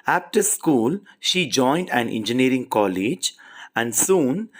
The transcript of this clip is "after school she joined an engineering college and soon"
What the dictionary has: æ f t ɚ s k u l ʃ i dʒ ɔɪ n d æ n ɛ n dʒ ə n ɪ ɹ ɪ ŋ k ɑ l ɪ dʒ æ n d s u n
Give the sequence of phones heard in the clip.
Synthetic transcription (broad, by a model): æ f t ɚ s k u l ʃ i dʒ ɔɪ n d æ n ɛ n dʒ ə n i ɹ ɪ ŋ k ɑ l ɪ dʒ æ n d s u n